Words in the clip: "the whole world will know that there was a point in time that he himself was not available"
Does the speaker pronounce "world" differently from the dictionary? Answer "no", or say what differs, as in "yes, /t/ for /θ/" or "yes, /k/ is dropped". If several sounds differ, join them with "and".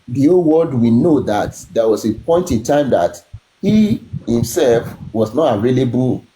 yes, /l/ is dropped